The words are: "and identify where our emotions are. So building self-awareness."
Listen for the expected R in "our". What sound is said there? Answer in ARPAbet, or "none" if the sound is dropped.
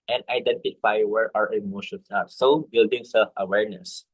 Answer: R